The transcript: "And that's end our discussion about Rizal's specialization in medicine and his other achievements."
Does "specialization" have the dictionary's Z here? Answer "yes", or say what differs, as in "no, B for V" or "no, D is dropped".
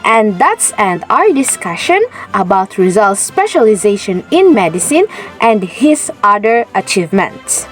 yes